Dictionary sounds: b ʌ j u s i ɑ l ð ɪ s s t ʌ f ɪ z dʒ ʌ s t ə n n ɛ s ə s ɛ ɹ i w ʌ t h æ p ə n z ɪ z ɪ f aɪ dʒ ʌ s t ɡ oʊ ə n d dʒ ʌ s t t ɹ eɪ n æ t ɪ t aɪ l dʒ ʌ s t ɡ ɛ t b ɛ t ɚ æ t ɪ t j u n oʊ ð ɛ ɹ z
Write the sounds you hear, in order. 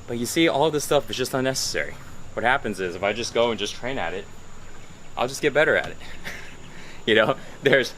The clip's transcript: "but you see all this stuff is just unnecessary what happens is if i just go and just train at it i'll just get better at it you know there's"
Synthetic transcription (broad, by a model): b ʌ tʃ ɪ s i ɑ l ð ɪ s s t ʌ f ɪ z dʒ ʌ s t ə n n ɛ s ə s ɛ ɹ i w ʌ t h æ p ə n z ɪ z ɪ f aɪ dʒ ʌ s ɡ oʊ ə n dʒ ʌ s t t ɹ eɪ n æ t ɪ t aɪ l dʒ ʌ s ɡ ɛ t b ɛ t ɚ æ t ɪ t j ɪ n oʊ ð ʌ ɹ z